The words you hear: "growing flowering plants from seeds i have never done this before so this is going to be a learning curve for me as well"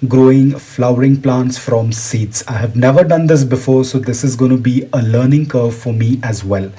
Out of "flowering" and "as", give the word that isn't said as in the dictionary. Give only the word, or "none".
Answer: none